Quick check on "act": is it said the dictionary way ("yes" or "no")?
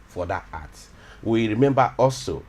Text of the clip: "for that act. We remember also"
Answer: no